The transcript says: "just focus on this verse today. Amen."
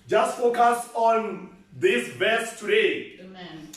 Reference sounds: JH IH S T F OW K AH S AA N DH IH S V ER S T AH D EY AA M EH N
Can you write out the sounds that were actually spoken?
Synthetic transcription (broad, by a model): JH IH S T F OW K AH S AA N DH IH S B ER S T AH D EY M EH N